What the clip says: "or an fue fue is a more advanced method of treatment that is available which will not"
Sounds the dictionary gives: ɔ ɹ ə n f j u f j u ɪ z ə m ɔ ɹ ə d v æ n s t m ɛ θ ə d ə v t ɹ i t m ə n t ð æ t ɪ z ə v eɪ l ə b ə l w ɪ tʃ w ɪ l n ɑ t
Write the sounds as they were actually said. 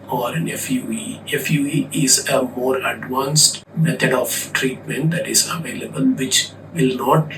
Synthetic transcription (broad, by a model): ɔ ɹ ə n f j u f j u ɪ z ə m ɔ ɹ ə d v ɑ n s t m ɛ t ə d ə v t ɹ i t m ə n t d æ t ɪ z ə v eɪ l ə b ə l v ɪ tʃ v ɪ l n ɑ t